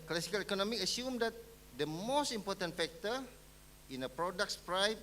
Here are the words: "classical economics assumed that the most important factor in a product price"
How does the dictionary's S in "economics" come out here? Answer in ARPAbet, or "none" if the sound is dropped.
none